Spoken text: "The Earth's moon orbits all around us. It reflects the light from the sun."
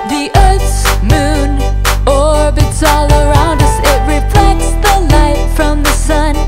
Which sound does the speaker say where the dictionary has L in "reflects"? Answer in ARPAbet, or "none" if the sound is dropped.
L